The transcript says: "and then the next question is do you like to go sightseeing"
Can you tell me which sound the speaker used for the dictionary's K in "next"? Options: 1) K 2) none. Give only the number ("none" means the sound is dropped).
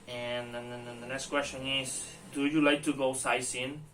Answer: 1